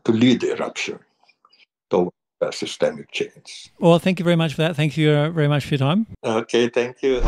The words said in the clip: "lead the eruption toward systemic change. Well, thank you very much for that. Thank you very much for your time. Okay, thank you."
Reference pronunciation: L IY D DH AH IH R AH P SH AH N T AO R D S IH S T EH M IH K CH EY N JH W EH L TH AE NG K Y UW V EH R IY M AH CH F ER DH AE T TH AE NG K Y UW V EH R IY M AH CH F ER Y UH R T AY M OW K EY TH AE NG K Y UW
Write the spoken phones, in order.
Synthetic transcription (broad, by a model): L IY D IH R AH P SH AH N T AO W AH S IH S T EH M IH K CH EY N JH W EH L TH AE NG K Y UW V EH R IY M AH CH F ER DH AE T TH AE NG K Y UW V EH R IY M AH CH F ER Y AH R T AY M OW K EY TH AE NG K Y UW